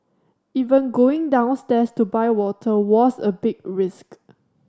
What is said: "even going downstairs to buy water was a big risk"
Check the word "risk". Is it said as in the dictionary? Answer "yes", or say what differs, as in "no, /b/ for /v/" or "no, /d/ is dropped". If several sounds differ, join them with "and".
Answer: yes